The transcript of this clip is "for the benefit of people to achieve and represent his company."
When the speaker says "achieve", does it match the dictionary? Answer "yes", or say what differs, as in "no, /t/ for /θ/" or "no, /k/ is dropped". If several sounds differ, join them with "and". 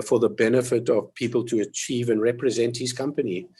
yes